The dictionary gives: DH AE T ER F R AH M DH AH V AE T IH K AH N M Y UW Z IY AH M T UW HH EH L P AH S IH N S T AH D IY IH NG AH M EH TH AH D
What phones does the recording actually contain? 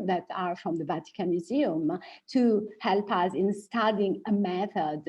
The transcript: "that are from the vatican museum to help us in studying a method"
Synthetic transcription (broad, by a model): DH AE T ER F R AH M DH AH V AE T IH K AH N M Y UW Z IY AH M T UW HH EH L P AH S IH N S T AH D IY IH NG AH M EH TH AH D